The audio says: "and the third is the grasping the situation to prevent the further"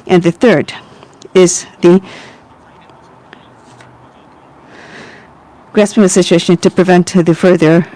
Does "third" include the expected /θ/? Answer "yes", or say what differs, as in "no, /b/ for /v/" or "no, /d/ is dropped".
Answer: yes